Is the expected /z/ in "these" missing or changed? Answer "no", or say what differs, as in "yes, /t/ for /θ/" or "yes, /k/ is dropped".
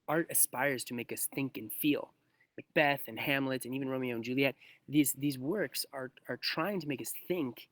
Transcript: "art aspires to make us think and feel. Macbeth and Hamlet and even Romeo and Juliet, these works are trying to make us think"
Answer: no